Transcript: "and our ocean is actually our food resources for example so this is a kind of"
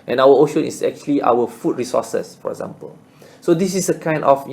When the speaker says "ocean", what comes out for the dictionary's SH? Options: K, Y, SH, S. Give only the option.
SH